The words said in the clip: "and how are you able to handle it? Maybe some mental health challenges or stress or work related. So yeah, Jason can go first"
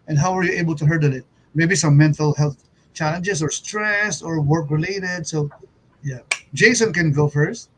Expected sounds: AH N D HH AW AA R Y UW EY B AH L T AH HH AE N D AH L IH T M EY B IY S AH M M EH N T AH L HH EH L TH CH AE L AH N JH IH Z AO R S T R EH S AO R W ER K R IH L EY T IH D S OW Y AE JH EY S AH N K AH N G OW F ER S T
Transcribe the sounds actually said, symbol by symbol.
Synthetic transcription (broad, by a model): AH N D HH AW AA R Y UW EY B AH L T AH HH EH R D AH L IH T M EY B IY S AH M M EH N T AH L HH EH L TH CH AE L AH N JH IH S AO R S T R EH S AO R W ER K R IH L EY T IH D S OW Y AE JH EY S AH N K AH N G OW F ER S T